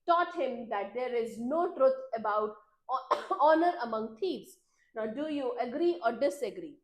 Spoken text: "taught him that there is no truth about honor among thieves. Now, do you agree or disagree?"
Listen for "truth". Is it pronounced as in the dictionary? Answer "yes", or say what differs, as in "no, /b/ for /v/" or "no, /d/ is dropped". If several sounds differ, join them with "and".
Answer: no, /t/ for /θ/